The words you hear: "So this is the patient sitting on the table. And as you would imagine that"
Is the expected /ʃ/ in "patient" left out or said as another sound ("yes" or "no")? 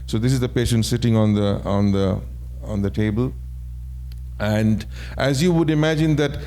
no